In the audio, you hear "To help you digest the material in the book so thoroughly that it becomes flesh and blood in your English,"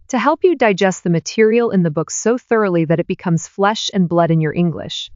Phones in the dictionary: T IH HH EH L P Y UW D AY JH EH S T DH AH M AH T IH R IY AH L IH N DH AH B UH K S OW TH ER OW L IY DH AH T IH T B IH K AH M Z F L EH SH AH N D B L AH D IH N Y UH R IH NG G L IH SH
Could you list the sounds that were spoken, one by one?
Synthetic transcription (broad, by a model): T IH HH EH L P Y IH D AY JH EH S T DH AH M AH T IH R IY L IH N DH AH B UH K S OW TH ER OW L IY DH AH T IH T B IH K AH M Z F L EH SH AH N B L AH D IH N Y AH R IH NG G L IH SH